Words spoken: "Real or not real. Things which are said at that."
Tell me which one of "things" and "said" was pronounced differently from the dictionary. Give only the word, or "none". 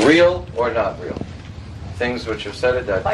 none